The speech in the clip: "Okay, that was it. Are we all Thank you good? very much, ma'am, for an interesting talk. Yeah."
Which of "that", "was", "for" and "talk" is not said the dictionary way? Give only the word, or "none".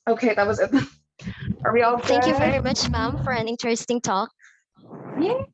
none